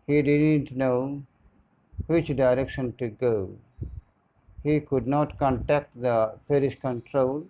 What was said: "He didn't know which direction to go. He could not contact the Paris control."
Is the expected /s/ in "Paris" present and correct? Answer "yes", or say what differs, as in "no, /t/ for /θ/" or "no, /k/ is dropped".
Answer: no, /ʃ/ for /s/